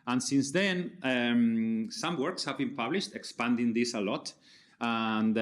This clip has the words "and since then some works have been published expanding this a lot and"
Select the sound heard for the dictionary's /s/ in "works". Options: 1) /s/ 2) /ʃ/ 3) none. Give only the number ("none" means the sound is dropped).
1